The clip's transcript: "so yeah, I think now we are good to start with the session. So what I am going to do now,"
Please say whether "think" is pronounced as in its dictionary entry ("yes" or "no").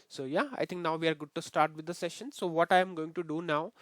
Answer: no